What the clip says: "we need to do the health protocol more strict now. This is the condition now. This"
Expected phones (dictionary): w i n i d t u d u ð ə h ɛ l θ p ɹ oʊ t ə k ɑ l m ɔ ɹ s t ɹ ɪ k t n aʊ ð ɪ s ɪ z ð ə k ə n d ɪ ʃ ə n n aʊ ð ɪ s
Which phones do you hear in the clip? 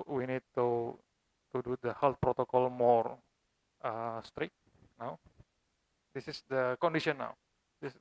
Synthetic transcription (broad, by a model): w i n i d t u d u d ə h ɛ l t p ɹ oʊ t ə k ɑ l m ɔ ɹ s t ɹ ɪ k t n aʊ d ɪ s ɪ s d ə k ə n d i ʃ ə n n aʊ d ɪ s